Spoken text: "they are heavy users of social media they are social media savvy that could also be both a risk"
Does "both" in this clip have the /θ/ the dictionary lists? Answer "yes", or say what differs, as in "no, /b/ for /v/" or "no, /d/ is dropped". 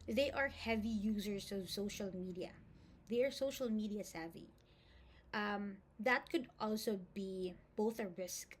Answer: yes